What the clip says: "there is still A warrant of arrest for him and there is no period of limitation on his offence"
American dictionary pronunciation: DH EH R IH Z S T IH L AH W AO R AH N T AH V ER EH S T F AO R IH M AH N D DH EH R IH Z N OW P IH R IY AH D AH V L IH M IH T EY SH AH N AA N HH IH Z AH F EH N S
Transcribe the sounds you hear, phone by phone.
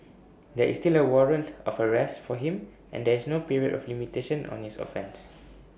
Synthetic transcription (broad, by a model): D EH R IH S T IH L AH W AO R AH N T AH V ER EH S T F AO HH IH M AH N D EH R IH S N OW P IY R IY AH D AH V L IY M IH T EY SH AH N AA N HH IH S AH F EH N S